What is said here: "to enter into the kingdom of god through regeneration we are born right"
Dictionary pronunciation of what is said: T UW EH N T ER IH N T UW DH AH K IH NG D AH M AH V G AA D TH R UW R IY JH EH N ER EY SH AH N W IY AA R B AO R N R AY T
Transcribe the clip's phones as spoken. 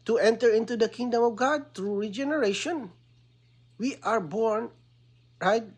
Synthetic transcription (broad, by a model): T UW EH N T ER IH N T UW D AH K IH NG D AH M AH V G AA D T R UW R IY JH EH N ER EY SH AH N W IY AA R B AO R N R AY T